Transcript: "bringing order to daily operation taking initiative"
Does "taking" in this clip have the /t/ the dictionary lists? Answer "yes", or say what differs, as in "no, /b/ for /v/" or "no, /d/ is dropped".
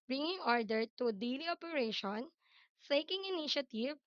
no, /s/ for /t/